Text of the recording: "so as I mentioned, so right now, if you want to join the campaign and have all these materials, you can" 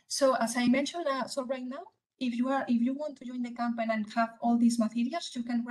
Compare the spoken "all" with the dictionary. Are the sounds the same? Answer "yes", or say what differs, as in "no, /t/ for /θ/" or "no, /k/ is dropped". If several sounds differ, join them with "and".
yes